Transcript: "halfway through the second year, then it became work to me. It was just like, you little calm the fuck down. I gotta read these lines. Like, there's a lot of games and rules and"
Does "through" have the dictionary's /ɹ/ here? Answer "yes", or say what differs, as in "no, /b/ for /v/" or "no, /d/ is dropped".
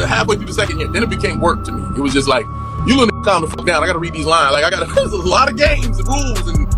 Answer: no, /ɹ/ is dropped